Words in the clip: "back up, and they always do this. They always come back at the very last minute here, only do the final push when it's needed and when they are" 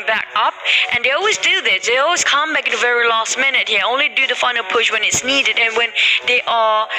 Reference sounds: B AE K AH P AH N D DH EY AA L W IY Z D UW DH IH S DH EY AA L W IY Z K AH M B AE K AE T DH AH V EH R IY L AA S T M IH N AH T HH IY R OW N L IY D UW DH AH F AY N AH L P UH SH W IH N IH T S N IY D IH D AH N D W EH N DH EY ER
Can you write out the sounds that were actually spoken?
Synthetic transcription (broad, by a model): B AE K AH P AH N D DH EY AA L W IY Z D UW DH IH S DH EY AA L W IY Z K AH M B AE K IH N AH V EH R IY L AA S T M IH N AH T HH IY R OW N L IY D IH DH AH F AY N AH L P UH SH W IH N IH T S N IY D IH D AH N W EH N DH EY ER